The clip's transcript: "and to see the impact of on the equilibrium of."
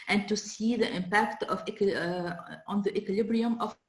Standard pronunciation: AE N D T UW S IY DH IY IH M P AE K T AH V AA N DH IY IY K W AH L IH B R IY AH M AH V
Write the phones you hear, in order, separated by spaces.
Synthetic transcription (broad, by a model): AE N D T UW S IY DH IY IH M P AE K T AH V AA N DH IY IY K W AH L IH B R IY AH M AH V